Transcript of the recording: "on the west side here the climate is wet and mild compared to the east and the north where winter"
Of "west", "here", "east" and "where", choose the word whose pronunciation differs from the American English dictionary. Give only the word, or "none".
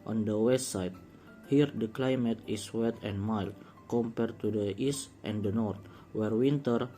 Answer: none